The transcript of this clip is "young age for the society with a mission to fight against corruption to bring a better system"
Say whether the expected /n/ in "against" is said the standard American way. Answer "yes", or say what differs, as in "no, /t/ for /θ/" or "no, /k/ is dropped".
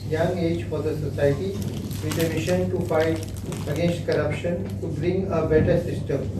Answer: no, /n/ is dropped